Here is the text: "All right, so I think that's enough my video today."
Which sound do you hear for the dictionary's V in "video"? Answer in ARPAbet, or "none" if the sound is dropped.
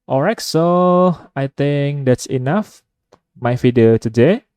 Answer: F